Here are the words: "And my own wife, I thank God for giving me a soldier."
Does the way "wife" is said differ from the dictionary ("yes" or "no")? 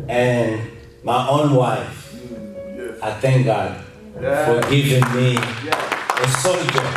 no